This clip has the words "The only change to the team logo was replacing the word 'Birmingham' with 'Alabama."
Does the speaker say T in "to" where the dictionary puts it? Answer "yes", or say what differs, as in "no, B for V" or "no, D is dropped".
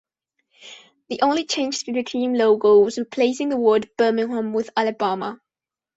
no, S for T